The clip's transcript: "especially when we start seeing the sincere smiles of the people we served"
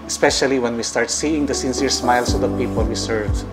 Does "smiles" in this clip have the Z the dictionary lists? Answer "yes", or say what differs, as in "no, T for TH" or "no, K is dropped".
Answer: no, S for Z